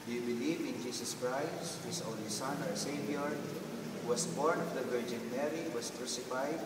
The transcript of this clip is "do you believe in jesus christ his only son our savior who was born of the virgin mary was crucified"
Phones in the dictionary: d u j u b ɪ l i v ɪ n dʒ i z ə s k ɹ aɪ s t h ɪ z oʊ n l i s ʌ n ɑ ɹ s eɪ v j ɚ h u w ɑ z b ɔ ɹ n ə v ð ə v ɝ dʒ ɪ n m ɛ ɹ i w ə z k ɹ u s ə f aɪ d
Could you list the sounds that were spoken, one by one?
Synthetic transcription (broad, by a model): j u b ɪ l i v ɪ n dʒ i s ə s k ɹ aɪ s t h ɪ s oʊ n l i s ʌ n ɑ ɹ s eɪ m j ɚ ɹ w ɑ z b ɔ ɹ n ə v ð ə v ɝ dʒ ɪ n m ɛ ɹ i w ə s k ɹ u s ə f aɪ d